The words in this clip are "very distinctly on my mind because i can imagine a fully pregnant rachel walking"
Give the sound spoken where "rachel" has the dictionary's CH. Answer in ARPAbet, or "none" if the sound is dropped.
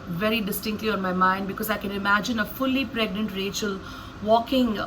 CH